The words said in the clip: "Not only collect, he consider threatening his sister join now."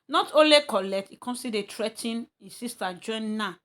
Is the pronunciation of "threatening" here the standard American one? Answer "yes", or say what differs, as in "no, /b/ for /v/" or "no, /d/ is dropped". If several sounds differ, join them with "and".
no, /t/ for /θ/ and /n/ is dropped